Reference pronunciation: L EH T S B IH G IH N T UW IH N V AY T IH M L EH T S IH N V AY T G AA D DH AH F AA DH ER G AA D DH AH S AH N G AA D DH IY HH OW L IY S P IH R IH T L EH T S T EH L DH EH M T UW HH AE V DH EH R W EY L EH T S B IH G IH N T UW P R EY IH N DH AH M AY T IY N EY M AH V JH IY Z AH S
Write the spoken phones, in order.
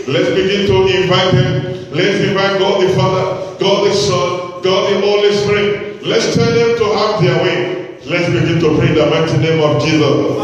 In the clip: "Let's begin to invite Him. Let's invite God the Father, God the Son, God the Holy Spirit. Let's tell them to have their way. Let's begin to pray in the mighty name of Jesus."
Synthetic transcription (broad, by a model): L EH T S B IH G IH N T UW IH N V AY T IH M L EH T IH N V AY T G AA D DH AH F AA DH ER G AA D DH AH S AH N G AA D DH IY HH OW L IY S P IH R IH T L EH T S T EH N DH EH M T UW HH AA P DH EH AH W EY L EH T S B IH G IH N T UW P R EY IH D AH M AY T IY N EY M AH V JH IY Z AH S